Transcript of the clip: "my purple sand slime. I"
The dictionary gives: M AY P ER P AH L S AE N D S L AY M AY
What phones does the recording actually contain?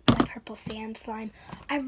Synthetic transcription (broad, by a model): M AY P ER P L S AE N D S L AY M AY